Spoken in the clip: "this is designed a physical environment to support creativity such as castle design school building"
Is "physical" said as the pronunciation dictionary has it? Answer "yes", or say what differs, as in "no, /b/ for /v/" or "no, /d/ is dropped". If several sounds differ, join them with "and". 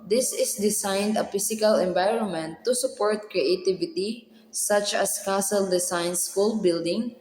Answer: no, /s/ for /z/